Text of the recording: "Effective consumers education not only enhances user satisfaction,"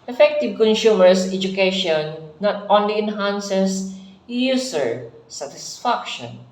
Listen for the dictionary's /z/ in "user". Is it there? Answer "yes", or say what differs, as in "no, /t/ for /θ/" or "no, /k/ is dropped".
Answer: no, /s/ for /z/